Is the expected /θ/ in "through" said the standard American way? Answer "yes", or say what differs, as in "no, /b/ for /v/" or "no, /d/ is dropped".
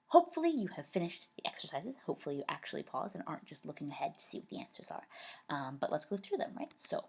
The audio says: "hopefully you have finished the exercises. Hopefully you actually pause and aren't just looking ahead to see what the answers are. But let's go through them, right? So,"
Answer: yes